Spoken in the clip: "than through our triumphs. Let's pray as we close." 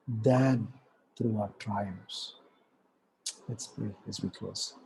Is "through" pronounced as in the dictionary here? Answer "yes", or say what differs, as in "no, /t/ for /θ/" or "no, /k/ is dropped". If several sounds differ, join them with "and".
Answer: no, /t/ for /θ/